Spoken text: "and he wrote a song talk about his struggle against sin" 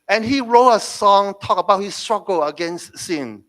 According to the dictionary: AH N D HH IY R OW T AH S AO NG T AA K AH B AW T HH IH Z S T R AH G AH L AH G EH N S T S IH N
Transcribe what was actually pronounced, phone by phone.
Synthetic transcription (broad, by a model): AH N HH IY R OW T AH S AO NG T AA K AH B AW T HH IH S T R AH G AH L AH G EH N S T S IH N